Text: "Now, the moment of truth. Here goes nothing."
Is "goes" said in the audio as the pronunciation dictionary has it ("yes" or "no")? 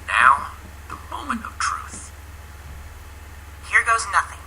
yes